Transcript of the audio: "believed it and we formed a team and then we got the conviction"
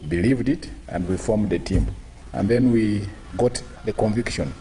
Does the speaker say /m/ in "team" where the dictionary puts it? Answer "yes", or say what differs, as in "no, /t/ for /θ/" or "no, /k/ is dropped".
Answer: yes